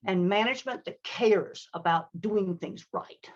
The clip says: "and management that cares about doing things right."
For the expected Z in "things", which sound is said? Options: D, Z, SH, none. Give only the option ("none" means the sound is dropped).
Z